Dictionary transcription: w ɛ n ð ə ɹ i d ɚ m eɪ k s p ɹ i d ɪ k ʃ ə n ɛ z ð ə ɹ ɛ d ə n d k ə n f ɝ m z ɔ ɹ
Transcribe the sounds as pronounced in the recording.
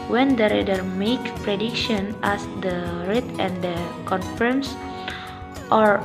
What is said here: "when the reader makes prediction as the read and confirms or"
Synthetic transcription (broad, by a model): w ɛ n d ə ɹ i d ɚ m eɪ k p ɹ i d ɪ k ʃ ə n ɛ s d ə ɹ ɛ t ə n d k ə n f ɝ m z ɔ ɹ